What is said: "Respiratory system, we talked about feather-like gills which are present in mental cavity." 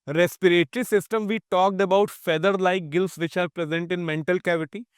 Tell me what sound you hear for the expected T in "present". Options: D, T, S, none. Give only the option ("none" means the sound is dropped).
T